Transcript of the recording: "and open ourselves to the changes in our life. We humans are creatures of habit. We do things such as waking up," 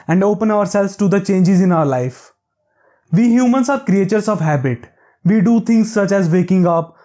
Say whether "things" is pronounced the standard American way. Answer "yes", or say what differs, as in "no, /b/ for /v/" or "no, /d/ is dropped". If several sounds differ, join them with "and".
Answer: no, /t/ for /θ/